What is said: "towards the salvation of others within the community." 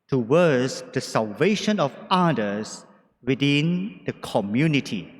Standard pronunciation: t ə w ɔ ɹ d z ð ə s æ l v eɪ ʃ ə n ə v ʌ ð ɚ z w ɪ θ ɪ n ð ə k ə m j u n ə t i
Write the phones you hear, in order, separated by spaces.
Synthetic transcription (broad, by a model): t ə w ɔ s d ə s æ l v eɪ ʃ ə n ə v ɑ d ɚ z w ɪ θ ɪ n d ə k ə m j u n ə t i